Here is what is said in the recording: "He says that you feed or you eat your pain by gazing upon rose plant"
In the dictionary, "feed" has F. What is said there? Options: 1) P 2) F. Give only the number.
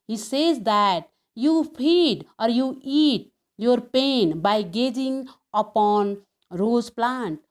1